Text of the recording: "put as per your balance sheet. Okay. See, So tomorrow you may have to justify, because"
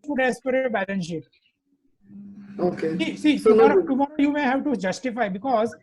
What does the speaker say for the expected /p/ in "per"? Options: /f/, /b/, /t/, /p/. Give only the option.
/p/